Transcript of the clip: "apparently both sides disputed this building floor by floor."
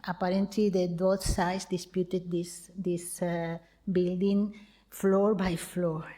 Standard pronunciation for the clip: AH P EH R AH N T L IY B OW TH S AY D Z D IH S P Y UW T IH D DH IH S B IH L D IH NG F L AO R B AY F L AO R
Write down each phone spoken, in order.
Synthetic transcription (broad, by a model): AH P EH R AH N T L IY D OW T S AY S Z D IH S P Y UW T IH D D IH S B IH L D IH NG F L AO R B AY F L AO R